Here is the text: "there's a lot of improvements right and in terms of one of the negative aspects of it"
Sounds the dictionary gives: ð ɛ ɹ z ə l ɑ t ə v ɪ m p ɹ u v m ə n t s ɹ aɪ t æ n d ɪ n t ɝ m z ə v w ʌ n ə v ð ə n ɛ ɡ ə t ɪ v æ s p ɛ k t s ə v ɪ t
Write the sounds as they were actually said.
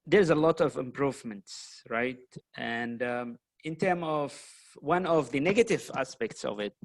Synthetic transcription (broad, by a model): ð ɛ ɹ z ə l ɑ t ə v ɪ m p ɹ u v m ə n t s ɹ aɪ t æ n d ɪ n t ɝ m ə v w ʌ n ə v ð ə n ɛ ɡ ə t ɪ v æ s p ɛ k t s ə v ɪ t